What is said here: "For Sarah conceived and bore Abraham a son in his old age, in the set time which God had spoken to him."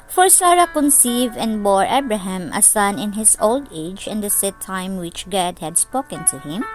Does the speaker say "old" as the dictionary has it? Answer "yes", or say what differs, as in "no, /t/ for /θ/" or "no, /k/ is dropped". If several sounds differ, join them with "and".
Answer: yes